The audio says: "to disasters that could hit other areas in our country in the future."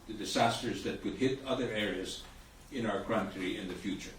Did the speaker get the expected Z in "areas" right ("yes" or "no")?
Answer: yes